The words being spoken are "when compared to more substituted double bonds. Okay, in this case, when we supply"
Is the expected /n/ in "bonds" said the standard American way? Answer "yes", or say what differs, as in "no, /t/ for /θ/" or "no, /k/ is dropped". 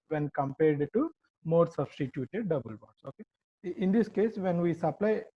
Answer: no, /n/ is dropped